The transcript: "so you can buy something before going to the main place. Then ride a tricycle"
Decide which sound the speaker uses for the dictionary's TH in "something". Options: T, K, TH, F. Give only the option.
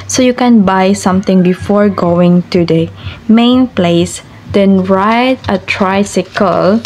T